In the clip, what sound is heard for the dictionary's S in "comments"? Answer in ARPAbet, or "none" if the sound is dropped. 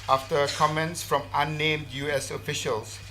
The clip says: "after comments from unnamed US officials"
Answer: S